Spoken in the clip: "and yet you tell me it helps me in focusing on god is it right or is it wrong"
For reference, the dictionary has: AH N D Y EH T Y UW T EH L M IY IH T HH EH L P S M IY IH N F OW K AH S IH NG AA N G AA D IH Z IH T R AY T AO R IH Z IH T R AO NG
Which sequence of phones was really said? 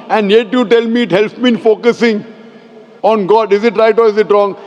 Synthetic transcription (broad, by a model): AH N D Y EH T Y UW T EH L M IY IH T HH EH L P M IY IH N F OW K AH S IH NG AA N G AA D IH Z IH T R AY T AO R IH Z IH T R AO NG